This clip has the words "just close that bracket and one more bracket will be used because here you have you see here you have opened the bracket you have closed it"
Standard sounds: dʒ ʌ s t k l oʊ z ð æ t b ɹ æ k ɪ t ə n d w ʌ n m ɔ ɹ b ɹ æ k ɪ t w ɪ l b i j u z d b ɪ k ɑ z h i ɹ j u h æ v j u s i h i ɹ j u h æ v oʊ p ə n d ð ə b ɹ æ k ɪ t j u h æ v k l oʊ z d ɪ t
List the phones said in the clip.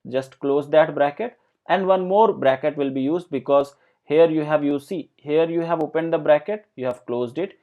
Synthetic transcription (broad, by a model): dʒ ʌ s t k l oʊ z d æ t b ɹ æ k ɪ t ə n d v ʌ n m ɔ ɹ b ɹ æ k ɪ t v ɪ l b i j u z d b ɪ k ɑ z h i ɹ j u h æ v j u s i h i ɹ j u h æ v oʊ p ə n d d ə b ɹ æ k ɪ t j u h æ v k l oʊ z d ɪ t